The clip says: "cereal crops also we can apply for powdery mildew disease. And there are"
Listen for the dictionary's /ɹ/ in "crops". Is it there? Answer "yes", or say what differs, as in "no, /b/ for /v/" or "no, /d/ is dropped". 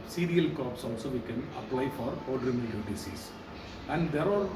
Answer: no, /ɹ/ is dropped